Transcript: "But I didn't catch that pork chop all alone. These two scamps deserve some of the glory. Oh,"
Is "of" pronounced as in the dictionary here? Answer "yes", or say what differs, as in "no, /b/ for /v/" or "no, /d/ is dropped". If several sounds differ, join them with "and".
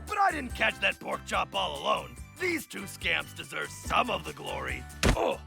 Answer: yes